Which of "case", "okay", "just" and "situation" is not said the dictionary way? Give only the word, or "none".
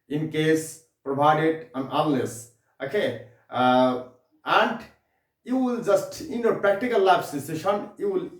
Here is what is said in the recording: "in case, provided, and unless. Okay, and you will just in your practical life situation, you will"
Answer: situation